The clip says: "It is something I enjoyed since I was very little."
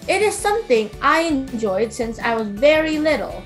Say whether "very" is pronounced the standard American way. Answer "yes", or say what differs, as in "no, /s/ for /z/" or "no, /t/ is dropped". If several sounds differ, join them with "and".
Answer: yes